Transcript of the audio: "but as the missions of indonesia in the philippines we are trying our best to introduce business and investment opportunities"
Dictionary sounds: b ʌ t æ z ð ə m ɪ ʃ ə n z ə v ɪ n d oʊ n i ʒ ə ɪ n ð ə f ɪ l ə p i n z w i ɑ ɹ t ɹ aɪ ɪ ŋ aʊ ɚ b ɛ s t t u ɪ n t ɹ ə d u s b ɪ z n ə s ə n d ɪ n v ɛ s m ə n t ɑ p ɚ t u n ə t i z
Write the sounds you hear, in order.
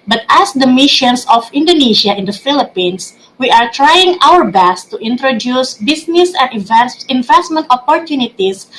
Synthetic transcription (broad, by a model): b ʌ t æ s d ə m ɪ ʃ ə n s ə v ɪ n d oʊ n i ʃ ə ɪ n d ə f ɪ l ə p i n s w i ɑ ɹ t ɹ aɪ ɪ ŋ aʊ ɚ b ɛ s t t u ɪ n t ɹ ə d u s b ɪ s n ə s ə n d ɪ n v ɛ s m ə n t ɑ p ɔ t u n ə t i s